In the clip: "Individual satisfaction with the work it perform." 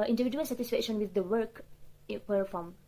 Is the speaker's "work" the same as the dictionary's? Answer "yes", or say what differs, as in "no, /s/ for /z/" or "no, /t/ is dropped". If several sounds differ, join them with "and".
yes